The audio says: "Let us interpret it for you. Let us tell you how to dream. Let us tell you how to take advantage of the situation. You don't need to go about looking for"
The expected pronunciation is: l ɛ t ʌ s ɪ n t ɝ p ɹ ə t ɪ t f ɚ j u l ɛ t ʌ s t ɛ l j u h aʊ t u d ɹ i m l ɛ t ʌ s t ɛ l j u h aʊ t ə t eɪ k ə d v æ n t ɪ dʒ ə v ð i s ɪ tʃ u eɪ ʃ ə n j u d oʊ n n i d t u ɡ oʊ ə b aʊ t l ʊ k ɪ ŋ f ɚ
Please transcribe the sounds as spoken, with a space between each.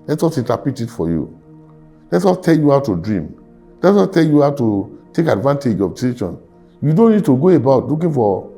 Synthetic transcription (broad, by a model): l ɛ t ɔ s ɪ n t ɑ p ə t ɪ t f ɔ j u l ɛ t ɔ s t ɛ l j u h aʊ t u d ɹ i m l ɛ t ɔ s t ɛ l j u h aʊ t ə t eɪ k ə d v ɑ n t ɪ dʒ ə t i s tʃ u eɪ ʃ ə n j u d oʊ n n i d t u ɡ oʊ ə b aʊ t l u k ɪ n f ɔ